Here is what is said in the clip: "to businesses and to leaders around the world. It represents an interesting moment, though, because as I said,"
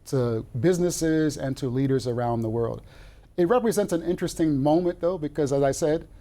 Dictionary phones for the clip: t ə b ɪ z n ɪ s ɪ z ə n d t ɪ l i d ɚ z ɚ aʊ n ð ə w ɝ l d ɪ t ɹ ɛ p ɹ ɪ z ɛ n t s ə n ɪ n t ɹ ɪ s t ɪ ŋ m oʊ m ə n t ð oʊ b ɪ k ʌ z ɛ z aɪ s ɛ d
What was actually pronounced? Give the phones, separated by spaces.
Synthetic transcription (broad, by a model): t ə b ɪ z n ɪ s ɪ z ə n t ɪ l i d ɚ z ɚ aʊ n ð ə w ɝ l d ɪ t ɹ ɛ p ɹ ɪ z ɛ n t s ə n ɪ n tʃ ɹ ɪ s t ɪ ŋ m oʊ m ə n ð oʊ b ɪ k ʌ z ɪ z aɪ s ɛ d